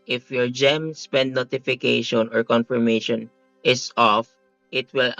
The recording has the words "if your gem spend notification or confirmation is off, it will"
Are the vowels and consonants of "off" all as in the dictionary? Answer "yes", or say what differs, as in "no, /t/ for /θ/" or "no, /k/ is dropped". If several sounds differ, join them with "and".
yes